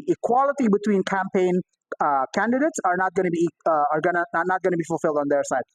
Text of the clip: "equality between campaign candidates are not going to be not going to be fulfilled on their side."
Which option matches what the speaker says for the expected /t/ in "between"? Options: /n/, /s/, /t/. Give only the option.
/t/